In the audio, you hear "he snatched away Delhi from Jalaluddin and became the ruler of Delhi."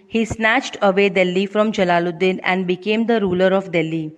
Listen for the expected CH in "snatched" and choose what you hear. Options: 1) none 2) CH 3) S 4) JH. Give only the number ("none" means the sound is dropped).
2